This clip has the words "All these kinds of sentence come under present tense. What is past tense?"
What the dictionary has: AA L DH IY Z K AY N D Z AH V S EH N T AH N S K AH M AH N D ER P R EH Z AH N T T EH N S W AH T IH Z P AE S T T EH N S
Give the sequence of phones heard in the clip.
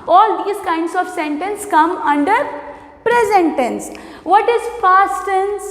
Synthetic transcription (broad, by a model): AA L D IY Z K AY N D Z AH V S EH N T AH N S K AH M AH N D ER P R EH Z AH N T T EH N S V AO T IH Z F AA S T T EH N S